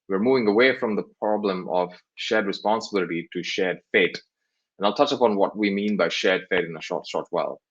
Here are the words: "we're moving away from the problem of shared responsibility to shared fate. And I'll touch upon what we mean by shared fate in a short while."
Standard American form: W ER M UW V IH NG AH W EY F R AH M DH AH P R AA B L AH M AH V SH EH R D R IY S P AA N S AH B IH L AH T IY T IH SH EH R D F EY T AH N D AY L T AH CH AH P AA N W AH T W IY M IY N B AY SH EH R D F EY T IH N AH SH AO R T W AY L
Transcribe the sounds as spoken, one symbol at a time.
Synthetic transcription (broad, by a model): W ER M UW V IH NG AH W EY F R AH M DH AH P R AA B L AH M AH V SH EH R D R IY S P AA N S AH B IH L AH T IY T IH SH EH R D F EY T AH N AY L T AH CH AH P AA N W AH T W IY M IY N B AY SH EH R D F EY T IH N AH SH AO R T W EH L